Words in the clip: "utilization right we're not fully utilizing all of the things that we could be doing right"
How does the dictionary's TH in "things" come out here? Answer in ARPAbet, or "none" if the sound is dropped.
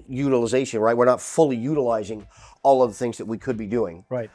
TH